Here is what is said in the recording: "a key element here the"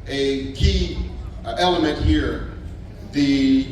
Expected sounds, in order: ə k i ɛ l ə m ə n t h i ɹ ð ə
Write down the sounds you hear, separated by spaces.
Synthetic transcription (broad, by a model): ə k i ɛ l ə m ə n t h i ɹ ð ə